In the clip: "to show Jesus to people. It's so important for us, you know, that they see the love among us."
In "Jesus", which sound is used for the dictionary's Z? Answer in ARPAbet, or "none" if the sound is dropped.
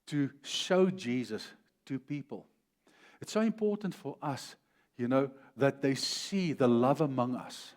Z